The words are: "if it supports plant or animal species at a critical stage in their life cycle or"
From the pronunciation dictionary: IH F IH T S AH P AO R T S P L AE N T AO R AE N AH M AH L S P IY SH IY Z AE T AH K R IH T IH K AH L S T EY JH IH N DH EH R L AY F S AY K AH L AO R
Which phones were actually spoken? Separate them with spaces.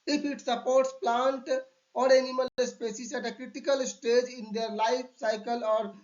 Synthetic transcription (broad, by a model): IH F IH T S AH P AO R T S P L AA N T AO R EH N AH M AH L S P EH S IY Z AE T AH K R IH T IH K AH L S T EY JH IH N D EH R L AY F S AY K AH L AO R